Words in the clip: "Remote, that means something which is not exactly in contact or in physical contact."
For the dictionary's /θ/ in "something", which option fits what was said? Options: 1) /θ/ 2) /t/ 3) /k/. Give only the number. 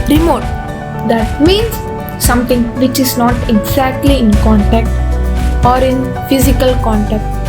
2